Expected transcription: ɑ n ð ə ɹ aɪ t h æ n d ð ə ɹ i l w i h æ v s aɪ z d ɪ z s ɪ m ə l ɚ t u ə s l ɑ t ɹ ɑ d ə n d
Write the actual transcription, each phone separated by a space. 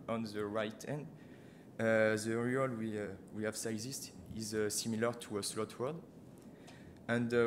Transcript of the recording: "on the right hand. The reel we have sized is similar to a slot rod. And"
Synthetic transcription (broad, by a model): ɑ n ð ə ɹ aɪ t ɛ n d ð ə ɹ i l w i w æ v s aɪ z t ɪ z s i m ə l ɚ t u ə s l ɑ t w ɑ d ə n d